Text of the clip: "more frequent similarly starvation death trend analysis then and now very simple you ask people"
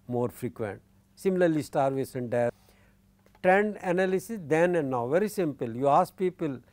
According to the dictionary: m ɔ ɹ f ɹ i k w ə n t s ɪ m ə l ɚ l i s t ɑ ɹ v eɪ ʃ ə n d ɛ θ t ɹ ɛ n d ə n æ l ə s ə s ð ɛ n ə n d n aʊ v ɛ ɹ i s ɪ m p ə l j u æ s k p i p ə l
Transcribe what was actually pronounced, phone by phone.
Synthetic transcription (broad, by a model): m ɔ ɹ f ɹ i k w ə n t s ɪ m l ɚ l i s t ɑ ɹ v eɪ s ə n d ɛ t ɹ ɛ n d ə n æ l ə s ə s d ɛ n ə n d n aʊ v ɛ ɹ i s ɪ m p ə l j u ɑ s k p i p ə l